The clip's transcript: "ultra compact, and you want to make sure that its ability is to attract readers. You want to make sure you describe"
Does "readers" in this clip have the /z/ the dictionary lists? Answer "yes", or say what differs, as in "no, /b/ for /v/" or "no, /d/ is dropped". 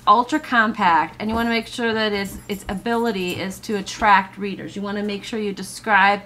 yes